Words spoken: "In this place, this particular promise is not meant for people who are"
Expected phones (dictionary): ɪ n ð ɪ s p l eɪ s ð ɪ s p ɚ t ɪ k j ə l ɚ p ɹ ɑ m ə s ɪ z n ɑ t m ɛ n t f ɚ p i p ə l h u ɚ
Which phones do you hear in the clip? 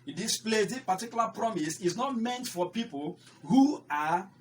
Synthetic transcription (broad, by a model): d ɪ s p l eɪ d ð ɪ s p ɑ t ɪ k j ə l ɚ p ɹ ɑ m ə s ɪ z n ɑ t m ɛ n t f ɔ p i p ə l h u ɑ